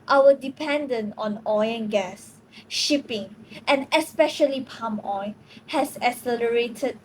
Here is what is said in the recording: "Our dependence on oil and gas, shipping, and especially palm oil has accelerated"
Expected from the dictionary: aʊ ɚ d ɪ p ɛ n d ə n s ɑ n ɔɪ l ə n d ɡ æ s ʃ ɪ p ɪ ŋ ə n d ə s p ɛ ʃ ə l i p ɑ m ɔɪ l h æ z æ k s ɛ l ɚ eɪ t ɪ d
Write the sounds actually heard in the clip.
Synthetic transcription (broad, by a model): aʊ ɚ d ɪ p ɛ n d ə n ɑ n ɔɪ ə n ɡ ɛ s ʃ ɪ p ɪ ŋ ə n ə s p ɛ ʃ ə l i p ɑ m ɔɪ h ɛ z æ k s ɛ l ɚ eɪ t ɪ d